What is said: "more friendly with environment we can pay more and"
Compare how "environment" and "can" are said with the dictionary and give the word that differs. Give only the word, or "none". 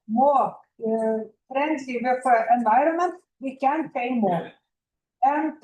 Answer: none